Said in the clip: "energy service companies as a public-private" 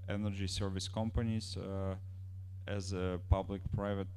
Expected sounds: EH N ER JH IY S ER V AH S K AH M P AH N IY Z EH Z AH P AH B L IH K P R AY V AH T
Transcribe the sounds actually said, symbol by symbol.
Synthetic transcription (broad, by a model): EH N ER JH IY S ER V AH S K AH M P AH N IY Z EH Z AH P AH B L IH K P R AY V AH T